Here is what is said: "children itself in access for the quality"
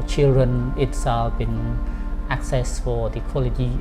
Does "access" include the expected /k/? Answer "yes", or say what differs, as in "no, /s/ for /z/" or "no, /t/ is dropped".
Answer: yes